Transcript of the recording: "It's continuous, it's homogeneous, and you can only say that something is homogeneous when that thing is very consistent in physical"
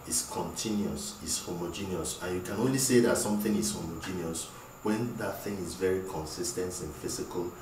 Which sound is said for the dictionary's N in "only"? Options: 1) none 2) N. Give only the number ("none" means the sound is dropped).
2